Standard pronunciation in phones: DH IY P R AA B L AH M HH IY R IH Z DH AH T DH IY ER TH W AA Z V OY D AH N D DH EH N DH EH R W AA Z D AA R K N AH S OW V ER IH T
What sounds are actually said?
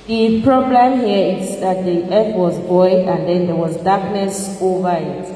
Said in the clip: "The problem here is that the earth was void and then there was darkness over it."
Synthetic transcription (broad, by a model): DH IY P R AA B L AH M HH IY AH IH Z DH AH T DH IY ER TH W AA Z B OY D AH N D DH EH N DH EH W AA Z D AA K N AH S OW V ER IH T